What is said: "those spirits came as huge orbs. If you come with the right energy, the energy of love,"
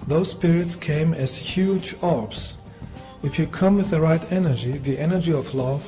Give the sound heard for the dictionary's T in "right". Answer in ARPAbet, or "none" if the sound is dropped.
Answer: T